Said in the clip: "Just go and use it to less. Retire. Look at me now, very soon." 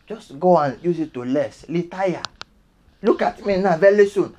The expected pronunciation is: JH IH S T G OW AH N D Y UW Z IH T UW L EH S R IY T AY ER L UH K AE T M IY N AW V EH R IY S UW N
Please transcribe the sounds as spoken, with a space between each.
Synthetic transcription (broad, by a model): JH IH S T G OW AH N Y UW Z IH T UW L EH S L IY T AY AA L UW K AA T M IY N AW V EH L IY S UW N